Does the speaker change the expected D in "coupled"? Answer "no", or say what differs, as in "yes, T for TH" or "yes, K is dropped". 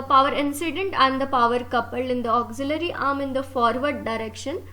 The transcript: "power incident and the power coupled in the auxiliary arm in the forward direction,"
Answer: yes, D is dropped